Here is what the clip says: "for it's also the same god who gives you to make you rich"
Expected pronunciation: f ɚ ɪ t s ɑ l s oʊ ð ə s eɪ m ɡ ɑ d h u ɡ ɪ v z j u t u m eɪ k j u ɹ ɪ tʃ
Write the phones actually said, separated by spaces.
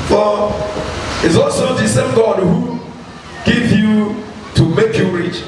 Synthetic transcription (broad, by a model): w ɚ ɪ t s ɑ l s oʊ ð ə s eɪ m ɡ ɑ d h u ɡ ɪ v j u t u m eɪ k j u ɹ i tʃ